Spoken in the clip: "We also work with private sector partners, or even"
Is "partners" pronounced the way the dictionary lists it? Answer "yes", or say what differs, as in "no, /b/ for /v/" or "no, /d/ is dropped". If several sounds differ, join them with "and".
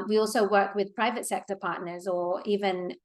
yes